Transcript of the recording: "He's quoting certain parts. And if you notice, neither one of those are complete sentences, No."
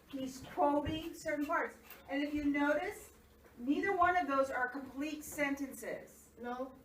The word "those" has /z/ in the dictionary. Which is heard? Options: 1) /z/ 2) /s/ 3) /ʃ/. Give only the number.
1